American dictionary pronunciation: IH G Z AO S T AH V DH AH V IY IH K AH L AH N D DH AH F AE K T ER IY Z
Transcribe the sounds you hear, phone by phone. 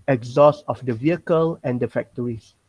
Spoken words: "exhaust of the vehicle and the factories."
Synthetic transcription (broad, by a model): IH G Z AO S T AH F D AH V IY IH K AH L AH N D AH F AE K T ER IY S